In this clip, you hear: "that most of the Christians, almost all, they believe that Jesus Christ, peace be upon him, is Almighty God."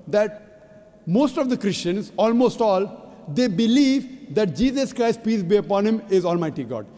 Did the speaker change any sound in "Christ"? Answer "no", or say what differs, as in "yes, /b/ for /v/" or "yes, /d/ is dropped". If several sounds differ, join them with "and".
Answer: no